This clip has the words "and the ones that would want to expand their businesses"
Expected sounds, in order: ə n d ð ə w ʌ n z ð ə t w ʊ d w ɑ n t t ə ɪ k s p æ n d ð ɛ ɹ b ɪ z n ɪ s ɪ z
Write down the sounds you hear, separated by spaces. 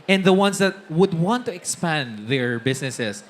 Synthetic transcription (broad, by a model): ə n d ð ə w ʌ n s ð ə t w ʊ d w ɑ n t t ə ɪ k s p æ n d ð ɛ ɹ b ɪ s n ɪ s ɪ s